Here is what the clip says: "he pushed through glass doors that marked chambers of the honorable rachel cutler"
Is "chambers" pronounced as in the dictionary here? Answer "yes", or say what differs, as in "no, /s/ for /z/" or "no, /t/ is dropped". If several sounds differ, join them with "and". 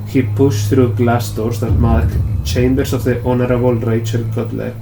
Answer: no, /s/ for /z/